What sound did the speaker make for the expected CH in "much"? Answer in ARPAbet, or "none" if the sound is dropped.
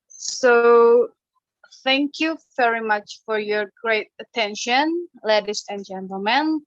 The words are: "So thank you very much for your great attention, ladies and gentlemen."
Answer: CH